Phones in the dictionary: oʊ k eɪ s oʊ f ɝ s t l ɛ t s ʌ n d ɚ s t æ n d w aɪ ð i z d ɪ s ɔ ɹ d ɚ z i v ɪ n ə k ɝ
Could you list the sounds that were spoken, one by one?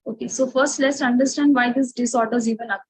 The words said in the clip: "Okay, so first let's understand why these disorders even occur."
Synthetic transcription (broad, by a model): oʊ k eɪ s oʊ f ɝ s t l ɛ t s ʌ n d ɚ s t æ n d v aɪ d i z d ɪ s ɔ ɹ d ɚ z i v ɪ n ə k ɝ